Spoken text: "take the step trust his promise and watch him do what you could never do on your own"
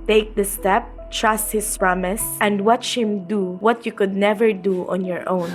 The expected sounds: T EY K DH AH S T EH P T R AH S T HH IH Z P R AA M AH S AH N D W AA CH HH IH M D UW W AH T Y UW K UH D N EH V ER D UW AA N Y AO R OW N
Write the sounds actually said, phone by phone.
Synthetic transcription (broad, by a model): T EY K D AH S T EH P T R AH S T HH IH S P R AA M AH S AH N D W AA CH HH IH M D UW W AH T Y UW K UH D N EH V ER D UW AA N Y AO R OW N